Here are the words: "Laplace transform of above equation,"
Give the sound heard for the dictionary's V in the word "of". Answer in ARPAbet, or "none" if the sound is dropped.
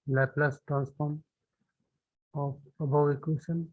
P